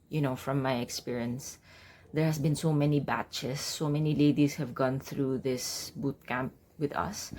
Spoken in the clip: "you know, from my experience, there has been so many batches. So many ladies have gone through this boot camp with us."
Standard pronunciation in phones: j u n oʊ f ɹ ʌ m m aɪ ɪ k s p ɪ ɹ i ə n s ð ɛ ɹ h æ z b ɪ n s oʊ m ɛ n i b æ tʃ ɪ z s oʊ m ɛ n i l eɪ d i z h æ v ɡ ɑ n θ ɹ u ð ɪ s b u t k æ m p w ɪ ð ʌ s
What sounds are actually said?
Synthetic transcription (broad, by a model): j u n oʊ f ɹ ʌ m m aɪ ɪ k s p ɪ ɹ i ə n s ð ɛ ɹ h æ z b ɪ n s oʊ m ɛ n i b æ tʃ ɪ s oʊ m ɛ n i l eɪ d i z h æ v ɡ ɑ n θ ɹ u ð ɪ s b u t k æ m p w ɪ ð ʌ s